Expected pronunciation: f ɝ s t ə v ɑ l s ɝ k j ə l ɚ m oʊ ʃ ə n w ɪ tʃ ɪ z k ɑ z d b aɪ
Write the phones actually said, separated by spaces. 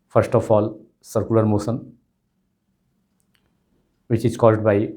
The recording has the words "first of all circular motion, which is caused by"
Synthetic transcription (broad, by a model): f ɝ s t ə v ɑ l s ɝ k j ə l ɚ m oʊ s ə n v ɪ tʃ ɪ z k ɑ z d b aɪ